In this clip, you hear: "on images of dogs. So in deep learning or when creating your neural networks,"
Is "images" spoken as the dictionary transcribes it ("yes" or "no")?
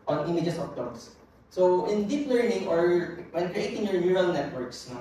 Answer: no